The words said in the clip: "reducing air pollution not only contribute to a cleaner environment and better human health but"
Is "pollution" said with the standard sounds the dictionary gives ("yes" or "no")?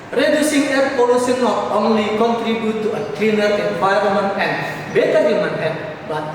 no